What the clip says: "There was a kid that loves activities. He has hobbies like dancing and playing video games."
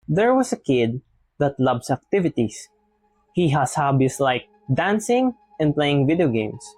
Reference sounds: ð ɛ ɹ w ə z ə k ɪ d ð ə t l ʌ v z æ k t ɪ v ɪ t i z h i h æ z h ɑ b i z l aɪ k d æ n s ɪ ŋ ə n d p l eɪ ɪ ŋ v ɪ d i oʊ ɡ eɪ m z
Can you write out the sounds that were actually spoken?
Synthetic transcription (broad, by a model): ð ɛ ɹ w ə s ə k ɪ d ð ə t l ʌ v s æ k t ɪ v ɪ t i s h i h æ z h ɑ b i s l aɪ k d æ n s ɪ ŋ ə n d p l eɪ ɪ ŋ v ɪ d i oʊ ɡ eɪ m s